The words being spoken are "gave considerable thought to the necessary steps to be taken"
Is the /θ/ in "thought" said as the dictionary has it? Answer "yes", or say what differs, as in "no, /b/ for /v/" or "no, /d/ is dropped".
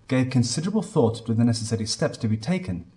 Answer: yes